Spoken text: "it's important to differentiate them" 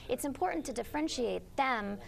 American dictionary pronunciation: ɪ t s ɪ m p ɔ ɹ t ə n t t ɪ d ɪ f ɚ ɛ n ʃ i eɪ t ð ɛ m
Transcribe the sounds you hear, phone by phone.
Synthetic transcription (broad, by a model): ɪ t s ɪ m p ɔ ɹ t n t t ɪ d ɪ f ɚ ɛ n ʃ i eɪ t ð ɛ m